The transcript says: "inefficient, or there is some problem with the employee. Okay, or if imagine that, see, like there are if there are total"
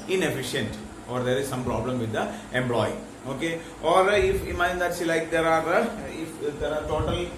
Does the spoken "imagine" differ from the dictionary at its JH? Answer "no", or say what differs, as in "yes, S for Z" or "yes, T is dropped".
yes, JH is dropped